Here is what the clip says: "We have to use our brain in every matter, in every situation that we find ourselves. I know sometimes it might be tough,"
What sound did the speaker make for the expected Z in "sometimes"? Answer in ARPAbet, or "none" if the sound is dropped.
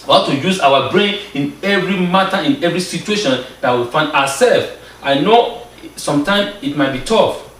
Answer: none